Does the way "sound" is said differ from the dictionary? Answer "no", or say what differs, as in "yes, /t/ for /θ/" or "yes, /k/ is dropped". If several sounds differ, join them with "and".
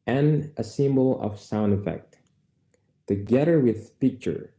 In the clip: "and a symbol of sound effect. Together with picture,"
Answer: no